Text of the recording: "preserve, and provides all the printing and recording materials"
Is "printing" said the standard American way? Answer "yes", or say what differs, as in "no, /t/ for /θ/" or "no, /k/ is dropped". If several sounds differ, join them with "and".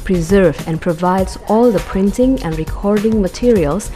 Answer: yes